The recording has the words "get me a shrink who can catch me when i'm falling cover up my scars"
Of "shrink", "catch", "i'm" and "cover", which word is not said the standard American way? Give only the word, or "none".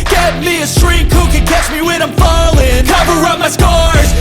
shrink